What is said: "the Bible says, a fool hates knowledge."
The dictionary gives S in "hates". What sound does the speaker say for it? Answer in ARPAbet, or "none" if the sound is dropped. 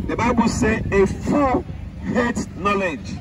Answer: none